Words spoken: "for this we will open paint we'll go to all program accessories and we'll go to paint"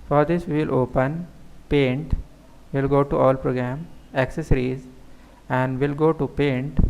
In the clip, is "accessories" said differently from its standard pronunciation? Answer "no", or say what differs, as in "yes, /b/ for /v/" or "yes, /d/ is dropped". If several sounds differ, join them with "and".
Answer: no